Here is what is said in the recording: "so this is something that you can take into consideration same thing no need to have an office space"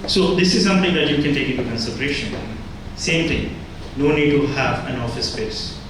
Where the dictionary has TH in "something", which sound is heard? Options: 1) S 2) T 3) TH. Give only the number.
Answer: 2